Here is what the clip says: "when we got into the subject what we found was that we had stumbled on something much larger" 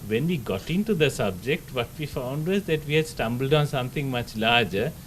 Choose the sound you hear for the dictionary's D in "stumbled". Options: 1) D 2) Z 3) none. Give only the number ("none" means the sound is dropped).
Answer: 1